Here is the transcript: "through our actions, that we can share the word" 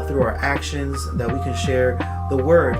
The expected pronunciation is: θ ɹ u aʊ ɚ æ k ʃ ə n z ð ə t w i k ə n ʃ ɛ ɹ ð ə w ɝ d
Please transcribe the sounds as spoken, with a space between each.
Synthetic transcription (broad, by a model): θ ɹ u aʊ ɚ æ k ʃ ə n z ð ə t w i k ə n ʃ ɛ ɹ ð ə w ɝ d